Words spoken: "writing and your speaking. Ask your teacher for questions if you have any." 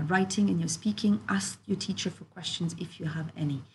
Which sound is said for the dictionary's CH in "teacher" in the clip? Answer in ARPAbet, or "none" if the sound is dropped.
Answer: CH